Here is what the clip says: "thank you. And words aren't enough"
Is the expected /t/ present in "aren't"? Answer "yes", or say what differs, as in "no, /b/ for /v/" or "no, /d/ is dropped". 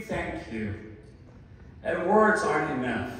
no, /t/ is dropped